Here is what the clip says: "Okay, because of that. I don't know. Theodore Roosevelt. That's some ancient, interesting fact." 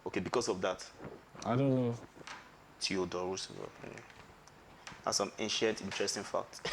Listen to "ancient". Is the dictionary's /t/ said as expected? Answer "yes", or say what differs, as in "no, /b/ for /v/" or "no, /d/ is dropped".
yes